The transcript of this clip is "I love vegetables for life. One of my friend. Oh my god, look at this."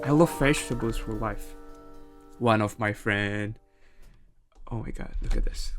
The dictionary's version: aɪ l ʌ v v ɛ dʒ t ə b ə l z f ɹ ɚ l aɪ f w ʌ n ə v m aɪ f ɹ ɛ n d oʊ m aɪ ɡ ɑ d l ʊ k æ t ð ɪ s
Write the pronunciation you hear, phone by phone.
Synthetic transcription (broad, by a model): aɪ l ʌ v f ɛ ʃ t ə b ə z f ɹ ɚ l aɪ f w ʌ n ə v m aɪ f ɹ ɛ n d oʊ m aɪ ɡ ɑ d l ʊ k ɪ t ð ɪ s